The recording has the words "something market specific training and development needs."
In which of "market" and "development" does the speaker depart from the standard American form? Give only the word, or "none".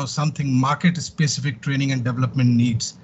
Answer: none